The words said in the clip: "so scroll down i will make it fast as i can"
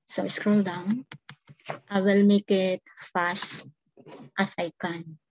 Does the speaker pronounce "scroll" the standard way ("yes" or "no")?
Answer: yes